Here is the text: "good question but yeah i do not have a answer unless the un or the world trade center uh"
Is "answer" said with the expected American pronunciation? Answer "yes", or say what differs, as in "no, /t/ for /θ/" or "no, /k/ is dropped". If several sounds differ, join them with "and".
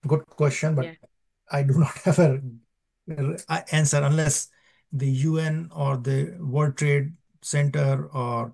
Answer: yes